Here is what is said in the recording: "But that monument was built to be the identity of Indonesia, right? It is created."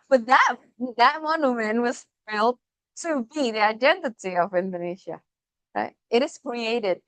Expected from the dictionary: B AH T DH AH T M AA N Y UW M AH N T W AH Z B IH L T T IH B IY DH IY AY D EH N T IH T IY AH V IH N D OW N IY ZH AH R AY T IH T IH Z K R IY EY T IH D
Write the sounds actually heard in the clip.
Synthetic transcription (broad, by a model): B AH T DH AH T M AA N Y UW M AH N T W AH Z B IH L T T IH B IY DH IY AY D EH N T IH T IY AH V IH N D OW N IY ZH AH R AY T IH T IH Z K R IY EY T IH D